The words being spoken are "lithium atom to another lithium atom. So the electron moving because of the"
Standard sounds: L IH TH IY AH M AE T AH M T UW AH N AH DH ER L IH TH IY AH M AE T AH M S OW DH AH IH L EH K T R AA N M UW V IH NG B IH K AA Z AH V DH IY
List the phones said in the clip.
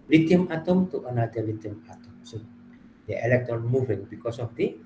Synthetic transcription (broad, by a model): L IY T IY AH M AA T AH M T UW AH N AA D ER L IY T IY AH M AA T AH M S OW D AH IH L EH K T AA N M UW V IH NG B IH K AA S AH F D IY